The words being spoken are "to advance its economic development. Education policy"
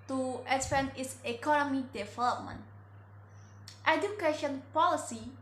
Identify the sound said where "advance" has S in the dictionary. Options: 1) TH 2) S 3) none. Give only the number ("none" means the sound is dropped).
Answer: 3